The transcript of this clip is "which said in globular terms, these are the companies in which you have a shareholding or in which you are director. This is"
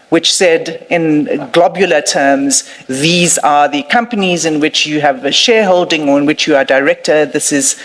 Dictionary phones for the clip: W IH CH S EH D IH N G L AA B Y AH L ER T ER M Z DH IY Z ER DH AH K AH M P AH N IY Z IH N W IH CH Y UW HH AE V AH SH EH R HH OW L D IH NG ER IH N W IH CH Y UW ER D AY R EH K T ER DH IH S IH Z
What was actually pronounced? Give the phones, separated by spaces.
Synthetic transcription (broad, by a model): W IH CH S EH D IH N G L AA B Y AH L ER T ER M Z DH IY Z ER DH AH K AH M P AH N IY Z IH N W IH CH Y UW V AH SH EH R HH OW L D IH NG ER IH N W IH CH Y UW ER D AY R EH K T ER DH IH S IH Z